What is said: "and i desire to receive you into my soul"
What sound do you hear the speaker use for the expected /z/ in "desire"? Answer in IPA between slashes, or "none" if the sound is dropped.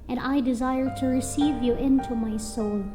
/z/